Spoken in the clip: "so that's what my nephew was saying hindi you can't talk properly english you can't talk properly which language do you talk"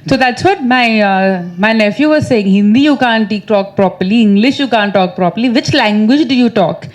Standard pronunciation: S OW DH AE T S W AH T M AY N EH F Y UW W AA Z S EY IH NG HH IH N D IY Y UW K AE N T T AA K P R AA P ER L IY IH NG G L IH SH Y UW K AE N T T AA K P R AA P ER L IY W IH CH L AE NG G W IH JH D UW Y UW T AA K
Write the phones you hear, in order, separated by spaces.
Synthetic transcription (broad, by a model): S OW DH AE T S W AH T M AY N EH F Y UW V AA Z S EY IH NG HH IH N D IY Y UW K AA N T T AA K P R AA P ER L IY IH NG G L IH SH Y UW K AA N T T AA K P R AA P ER L IY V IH CH L AE NG G W IH JH D UW Y UW T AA K